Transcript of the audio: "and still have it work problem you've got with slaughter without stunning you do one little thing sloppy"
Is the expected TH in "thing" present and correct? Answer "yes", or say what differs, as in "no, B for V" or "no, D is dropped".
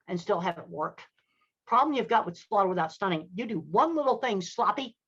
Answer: yes